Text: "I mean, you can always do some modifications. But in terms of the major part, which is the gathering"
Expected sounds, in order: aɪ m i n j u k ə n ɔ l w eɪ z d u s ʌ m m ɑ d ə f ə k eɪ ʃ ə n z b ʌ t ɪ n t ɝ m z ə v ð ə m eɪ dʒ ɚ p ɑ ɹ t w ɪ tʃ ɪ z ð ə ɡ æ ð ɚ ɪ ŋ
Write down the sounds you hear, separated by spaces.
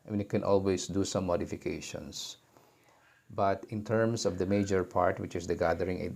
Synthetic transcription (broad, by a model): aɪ m i n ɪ k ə n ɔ l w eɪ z d u s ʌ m m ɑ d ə f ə k eɪ ʃ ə n s b ʌ t ɪ n t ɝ m s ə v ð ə m eɪ dʒ ɚ p ɑ ɹ t w ɪ tʃ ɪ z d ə ɡ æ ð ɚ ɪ ŋ